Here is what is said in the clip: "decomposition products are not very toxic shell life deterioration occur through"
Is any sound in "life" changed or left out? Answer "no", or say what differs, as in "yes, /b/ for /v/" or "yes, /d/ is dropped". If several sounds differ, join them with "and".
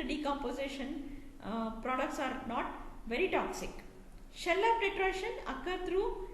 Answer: yes, /p/ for /f/